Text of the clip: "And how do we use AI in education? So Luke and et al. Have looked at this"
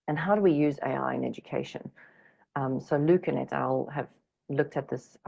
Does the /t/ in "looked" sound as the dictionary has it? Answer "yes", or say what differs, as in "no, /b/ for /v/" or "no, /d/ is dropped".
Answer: yes